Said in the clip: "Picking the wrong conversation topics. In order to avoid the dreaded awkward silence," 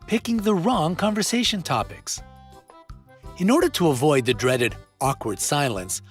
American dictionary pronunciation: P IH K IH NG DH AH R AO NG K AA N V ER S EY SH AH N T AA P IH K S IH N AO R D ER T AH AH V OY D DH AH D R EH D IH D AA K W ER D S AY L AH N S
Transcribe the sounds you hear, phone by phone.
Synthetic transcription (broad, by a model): P IH K IH NG DH AH R AO NG K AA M V ER S EY SH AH N T AA P IH K S IH N AO R D ER T AH AH V OY D DH AH D R EH D IH D AA K W ER D S AY L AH N S